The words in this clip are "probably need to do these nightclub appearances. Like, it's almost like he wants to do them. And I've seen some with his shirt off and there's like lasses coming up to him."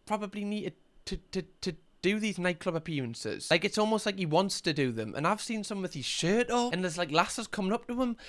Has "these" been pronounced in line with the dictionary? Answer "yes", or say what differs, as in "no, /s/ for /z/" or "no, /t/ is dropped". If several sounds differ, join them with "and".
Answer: yes